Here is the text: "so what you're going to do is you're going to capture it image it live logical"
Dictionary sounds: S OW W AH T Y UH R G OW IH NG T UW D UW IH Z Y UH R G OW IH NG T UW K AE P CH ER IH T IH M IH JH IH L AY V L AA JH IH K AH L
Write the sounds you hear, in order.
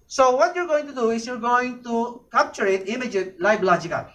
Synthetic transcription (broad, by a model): S OW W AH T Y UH R G OW IH NG T UW D UW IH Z Y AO R G OW IH NG T UW K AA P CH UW IH T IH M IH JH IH L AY B L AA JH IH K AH